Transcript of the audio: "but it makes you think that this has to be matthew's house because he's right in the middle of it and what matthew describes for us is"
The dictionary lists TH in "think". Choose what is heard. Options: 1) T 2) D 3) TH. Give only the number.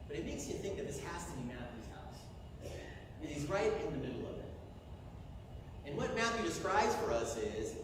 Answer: 3